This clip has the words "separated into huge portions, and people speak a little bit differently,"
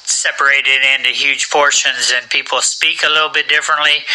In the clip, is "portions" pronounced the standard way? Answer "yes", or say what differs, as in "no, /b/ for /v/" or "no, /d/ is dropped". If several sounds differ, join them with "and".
yes